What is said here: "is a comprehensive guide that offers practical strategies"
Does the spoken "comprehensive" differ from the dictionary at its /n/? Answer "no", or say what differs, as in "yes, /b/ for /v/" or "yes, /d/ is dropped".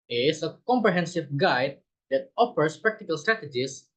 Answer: no